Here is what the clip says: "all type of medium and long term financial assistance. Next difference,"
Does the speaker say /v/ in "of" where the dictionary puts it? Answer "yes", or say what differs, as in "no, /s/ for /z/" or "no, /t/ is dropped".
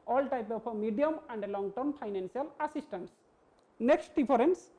no, /p/ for /v/